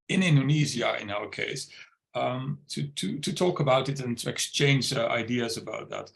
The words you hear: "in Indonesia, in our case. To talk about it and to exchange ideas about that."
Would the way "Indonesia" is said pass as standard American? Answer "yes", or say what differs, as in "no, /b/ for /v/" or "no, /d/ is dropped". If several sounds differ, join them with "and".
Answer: no, /z/ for /ʒ/